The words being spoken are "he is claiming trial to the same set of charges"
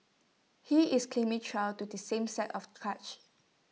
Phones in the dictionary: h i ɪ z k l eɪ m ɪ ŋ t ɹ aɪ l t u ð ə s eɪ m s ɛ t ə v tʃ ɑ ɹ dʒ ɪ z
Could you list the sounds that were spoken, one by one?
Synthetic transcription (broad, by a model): h i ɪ s k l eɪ m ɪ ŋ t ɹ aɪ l t u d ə s eɪ m s ɛ t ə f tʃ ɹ ɪ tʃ